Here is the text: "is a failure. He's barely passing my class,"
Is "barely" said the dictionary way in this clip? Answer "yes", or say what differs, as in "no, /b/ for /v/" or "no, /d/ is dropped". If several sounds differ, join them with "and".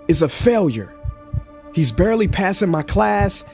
yes